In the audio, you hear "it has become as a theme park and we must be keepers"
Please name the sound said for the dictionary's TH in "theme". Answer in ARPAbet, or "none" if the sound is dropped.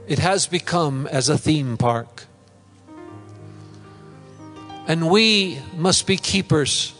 TH